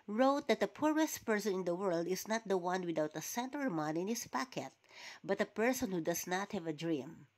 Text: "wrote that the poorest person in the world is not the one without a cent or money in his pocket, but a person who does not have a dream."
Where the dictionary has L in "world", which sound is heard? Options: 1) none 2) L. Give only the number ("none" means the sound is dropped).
2